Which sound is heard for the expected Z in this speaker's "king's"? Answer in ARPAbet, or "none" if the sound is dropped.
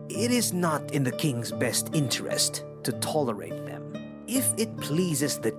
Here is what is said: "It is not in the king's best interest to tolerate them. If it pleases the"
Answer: Z